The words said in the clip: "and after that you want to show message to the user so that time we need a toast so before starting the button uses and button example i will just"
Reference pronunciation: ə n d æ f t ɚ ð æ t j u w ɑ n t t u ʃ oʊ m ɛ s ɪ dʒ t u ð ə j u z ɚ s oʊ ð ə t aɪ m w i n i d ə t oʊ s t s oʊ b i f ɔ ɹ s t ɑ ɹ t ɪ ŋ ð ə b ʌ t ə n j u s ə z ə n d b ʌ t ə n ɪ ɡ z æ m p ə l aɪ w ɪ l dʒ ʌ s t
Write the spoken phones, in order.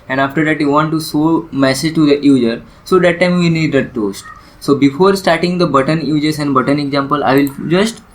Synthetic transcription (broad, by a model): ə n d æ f t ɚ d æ t j u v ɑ n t t u s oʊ m ɛ s ɪ dʒ t u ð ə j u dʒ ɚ s oʊ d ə t aɪ m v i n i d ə t oʊ s t s oʊ b i f ɔ ɹ s t ɑ ɹ t ɪ ŋ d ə b ʌ t ə n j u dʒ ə s ə n d b ʌ t ə n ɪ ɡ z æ m p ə l aɪ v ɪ l dʒ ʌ s t